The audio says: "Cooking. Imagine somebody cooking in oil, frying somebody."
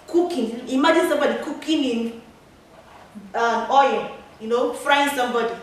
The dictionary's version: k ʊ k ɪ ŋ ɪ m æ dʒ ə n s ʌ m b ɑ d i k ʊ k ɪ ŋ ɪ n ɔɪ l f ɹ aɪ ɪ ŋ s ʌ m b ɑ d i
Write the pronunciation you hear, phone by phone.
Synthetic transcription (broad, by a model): k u k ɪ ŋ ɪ m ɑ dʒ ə n s ʌ m b ɑ d i k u k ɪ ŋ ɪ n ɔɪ n f ɹ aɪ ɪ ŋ s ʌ m b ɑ d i